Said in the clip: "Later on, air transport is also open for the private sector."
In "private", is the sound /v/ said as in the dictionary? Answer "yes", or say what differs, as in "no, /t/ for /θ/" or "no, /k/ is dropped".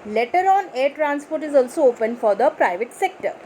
yes